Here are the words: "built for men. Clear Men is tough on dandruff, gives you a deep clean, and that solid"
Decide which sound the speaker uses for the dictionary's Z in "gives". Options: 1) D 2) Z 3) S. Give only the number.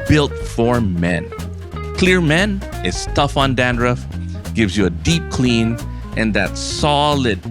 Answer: 2